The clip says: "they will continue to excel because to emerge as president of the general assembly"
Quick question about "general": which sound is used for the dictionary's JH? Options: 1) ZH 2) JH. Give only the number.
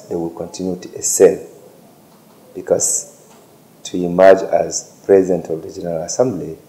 2